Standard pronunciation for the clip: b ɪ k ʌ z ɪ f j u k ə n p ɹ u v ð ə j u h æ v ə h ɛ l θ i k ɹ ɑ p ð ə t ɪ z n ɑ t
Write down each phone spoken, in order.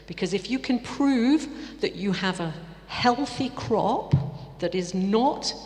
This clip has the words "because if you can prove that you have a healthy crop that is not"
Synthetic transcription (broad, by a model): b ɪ k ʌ z ɪ f j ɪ k ə n p ɹ u v ð ə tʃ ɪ v ə h ɛ l θ i k ɹ ɑ p ð ə t ɪ z n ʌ t